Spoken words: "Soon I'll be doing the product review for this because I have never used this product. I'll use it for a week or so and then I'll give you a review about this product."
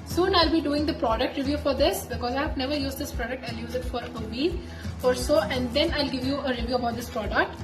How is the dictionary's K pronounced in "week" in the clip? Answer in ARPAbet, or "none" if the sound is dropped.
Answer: none